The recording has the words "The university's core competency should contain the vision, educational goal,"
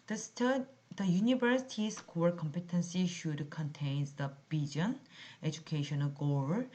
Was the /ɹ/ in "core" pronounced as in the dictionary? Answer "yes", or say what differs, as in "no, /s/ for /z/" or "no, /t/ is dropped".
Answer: no, /l/ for /ɹ/